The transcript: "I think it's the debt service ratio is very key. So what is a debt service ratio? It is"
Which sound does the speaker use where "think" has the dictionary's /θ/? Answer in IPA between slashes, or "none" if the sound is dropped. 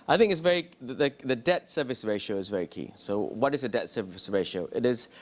/θ/